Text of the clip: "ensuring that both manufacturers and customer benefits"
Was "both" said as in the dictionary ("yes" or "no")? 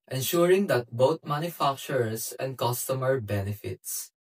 no